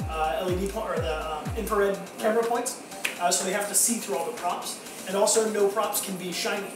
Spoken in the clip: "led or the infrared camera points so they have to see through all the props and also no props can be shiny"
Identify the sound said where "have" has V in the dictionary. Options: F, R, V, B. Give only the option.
F